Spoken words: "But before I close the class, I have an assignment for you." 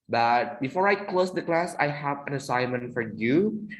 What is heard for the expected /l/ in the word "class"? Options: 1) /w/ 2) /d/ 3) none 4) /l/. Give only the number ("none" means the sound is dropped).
4